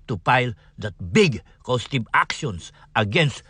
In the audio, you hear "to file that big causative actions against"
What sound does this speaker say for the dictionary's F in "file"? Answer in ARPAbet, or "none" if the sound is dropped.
P